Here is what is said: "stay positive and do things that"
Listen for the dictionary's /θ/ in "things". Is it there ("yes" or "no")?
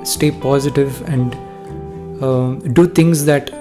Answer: no